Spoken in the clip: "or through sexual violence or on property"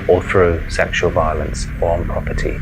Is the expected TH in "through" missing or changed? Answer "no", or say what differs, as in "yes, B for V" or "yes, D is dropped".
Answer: no